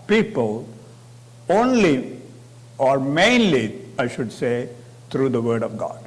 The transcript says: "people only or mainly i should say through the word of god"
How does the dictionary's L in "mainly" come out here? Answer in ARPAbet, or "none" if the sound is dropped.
L